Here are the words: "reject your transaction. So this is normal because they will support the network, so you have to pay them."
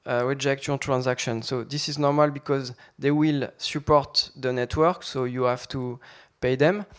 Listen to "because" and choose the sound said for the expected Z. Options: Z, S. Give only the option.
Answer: Z